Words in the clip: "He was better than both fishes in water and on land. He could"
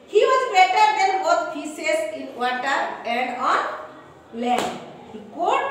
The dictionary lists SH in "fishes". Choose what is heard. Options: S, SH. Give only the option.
S